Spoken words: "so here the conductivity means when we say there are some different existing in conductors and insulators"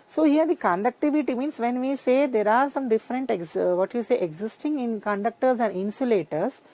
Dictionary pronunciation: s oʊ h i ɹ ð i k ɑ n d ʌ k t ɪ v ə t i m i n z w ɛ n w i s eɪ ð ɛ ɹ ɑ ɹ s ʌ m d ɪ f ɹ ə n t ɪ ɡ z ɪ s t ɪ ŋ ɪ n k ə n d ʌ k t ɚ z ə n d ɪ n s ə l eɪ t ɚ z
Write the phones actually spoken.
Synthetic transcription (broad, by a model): s oʊ h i ɹ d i k ɑ n d ʌ k t ɪ v ə t i m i n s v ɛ n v i s eɪ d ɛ ɹ ɑ ɹ s ʌ m d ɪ f ɹ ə n t ɪ ɡ z ɪ s t ɪ ŋ ɪ n k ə n d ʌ k t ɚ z ə n d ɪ n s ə l eɪ t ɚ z